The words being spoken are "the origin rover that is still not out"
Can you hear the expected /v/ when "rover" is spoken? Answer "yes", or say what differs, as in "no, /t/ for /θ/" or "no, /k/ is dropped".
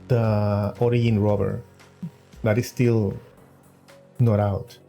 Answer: no, /b/ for /v/